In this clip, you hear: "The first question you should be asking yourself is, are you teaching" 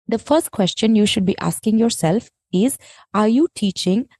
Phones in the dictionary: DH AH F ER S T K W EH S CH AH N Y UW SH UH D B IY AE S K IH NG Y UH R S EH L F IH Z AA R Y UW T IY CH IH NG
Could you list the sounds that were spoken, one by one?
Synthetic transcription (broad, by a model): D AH F ER S T K W EH S CH AH N Y UW SH UH D B IY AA S K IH NG Y UH R S EH L F IH Z AA R Y UW T IY CH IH NG